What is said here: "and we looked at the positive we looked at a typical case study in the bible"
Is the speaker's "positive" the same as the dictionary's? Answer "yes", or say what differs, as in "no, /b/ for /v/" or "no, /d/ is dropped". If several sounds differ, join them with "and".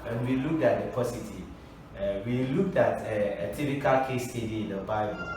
no, /s/ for /z/